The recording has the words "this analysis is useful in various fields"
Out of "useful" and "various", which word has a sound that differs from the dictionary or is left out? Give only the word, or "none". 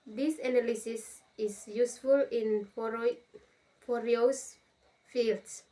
various